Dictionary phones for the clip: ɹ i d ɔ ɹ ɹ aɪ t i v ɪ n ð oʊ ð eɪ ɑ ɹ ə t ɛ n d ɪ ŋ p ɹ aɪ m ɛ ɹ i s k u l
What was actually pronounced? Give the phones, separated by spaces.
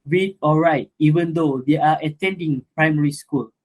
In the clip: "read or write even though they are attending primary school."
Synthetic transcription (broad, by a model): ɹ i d ɔ l ɹ aɪ t i v ɪ n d oʊ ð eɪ ɑ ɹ ə t ɛ n d ɪ ŋ p ɹ aɪ m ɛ ɹ i s k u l